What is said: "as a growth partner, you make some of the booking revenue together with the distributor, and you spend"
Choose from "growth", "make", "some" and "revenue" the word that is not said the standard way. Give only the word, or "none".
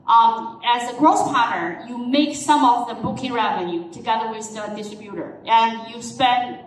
growth